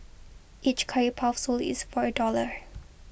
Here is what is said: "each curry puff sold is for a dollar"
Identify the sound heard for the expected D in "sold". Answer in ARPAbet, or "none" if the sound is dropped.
none